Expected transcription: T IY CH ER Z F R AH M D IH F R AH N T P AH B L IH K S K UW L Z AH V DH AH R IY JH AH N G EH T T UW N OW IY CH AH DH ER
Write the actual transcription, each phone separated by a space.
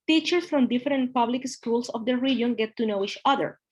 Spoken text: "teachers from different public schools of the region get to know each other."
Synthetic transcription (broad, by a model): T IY CH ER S F R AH M D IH F R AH N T P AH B L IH K S K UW L S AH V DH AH R IY JH AH N G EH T T UW N OW IY CH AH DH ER